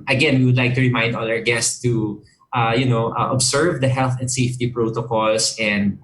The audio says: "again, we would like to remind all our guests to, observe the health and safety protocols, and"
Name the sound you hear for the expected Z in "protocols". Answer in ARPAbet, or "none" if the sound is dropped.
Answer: S